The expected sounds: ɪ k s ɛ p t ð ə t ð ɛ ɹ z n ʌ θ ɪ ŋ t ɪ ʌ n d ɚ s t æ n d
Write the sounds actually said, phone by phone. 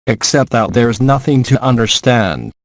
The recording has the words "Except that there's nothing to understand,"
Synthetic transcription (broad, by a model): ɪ k s ɛ p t ð ə t ð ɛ ɹ z n ʌ θ ɪ ŋ t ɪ ʌ n d ɚ s t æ n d